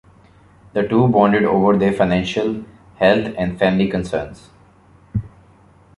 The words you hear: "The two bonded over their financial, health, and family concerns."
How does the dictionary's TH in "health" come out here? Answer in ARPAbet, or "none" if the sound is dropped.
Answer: T